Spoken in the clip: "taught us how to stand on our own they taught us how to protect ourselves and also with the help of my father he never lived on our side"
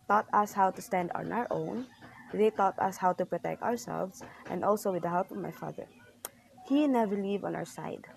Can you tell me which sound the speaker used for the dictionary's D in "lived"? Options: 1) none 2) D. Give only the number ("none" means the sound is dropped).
1